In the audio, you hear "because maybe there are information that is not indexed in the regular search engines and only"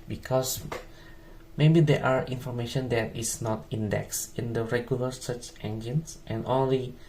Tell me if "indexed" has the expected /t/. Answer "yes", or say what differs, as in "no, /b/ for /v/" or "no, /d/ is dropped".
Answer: no, /t/ is dropped